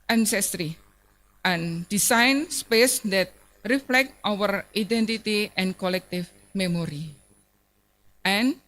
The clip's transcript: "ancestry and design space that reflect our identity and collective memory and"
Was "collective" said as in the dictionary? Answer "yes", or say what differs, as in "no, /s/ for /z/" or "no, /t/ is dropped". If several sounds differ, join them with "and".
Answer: no, /f/ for /v/